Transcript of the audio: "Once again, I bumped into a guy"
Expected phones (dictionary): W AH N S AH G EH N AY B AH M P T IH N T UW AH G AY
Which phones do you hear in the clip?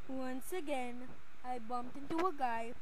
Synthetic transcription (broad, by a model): W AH N S AH G EH N AY B AH M P T IH N T UW AH G AY